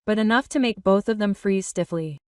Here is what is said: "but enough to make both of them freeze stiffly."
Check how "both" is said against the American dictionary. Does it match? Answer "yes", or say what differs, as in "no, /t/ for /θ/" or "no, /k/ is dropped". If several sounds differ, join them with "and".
yes